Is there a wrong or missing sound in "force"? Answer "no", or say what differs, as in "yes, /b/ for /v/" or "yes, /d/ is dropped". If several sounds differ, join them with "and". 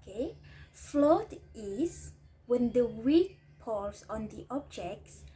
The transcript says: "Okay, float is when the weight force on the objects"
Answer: yes, /p/ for /f/ and /l/ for /ɹ/